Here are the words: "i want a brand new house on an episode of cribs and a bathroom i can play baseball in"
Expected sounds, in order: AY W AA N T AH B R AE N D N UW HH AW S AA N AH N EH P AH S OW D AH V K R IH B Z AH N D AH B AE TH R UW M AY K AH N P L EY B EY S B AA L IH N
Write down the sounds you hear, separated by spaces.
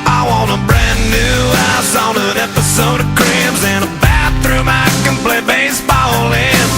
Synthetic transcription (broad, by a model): AY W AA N AH B R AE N N UW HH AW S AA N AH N EH P AH S OW D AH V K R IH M Z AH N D AH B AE TH R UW M AY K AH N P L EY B EY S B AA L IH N